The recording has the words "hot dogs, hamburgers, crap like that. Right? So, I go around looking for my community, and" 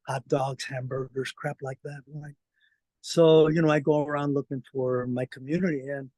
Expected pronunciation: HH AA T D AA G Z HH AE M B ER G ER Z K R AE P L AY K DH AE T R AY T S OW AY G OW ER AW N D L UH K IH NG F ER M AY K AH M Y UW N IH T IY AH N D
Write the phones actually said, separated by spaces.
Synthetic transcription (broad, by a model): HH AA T D AA G Z HH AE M B ER G ER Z K R AE P L AY K DH AE T W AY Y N OW AY G OW ER AW N D L UH K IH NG F ER M AY K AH M Y UW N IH T IY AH N